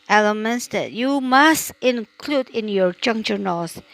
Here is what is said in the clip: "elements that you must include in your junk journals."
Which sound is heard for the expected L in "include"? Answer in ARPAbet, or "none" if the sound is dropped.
L